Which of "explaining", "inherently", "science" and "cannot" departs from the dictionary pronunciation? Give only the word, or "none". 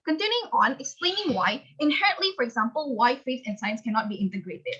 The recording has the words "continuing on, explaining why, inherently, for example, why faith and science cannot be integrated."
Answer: none